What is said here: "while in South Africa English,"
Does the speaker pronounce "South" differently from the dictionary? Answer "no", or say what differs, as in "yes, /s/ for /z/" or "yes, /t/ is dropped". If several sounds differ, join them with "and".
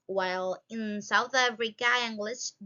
no